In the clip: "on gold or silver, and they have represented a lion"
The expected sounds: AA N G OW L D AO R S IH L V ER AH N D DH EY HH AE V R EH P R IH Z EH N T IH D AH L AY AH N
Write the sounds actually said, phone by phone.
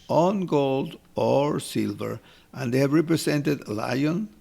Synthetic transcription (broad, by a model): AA N G OW L D AO R S IH L V ER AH N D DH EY HH AE V R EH P R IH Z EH N T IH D L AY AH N